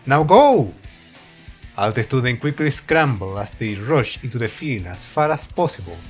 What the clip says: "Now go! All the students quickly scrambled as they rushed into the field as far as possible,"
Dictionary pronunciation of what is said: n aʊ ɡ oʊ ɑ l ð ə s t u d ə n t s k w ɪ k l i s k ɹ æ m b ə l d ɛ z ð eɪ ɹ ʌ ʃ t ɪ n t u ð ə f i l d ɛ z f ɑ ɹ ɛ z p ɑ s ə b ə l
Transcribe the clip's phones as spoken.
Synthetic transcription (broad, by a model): n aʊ ɡ oʊ ɑ l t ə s t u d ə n k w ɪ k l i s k ɹ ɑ m b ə l ɑ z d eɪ ɹ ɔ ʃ ɪ n t u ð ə f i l ɑ s f ɑ ɹ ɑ s p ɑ s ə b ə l